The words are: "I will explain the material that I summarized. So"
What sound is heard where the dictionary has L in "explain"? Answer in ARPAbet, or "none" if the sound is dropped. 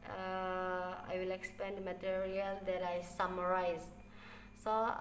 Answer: none